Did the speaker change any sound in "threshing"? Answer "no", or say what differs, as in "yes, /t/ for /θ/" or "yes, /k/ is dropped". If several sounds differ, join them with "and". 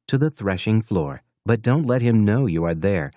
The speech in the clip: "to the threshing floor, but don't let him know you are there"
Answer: no